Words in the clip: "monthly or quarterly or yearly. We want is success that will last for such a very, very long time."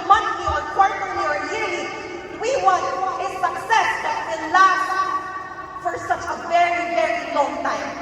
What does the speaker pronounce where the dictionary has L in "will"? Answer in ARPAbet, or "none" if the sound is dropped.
N